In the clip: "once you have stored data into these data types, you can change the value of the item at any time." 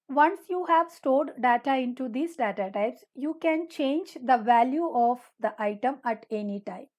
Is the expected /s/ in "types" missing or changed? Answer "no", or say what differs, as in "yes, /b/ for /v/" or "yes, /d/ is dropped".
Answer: no